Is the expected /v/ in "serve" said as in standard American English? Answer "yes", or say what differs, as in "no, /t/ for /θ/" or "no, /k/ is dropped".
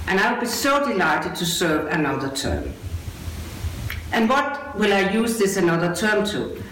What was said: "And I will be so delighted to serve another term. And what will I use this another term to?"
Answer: yes